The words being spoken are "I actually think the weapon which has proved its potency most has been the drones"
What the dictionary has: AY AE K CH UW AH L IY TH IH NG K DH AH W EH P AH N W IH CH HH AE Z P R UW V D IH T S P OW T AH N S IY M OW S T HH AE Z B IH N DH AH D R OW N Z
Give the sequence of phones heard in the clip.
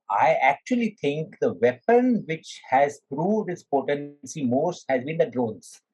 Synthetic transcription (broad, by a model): AY AE K CH UW AH L IY T IH NG K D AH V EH P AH N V IH CH HH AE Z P R UW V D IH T S P OW T AH N S IY M OW S T HH AE Z B IH N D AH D R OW N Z